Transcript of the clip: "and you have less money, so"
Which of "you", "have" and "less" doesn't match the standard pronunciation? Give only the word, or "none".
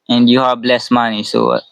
have